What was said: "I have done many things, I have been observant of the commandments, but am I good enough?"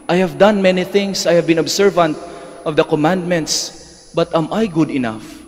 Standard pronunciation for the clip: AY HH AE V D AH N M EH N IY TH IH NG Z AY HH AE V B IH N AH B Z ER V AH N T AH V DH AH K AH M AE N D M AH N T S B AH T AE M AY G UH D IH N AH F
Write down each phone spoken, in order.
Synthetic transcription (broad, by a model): AY HH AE V D AH N M EH N IY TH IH NG S AY HH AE V B IH N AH B S ER V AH N T AH V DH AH K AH M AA N D M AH N T S B AH T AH M AY G UH D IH N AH F